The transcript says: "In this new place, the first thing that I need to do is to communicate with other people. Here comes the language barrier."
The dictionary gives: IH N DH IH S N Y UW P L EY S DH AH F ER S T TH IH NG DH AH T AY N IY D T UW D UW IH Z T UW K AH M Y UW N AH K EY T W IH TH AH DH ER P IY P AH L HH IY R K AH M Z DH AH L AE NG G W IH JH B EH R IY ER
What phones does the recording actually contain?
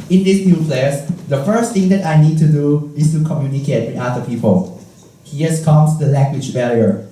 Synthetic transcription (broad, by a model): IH N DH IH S N Y UW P L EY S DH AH F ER S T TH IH NG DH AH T AY N IY D T UW D UW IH S T UW K AH M Y UW N AH K EY T W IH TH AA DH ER P IY P AH L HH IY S K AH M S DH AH L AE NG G W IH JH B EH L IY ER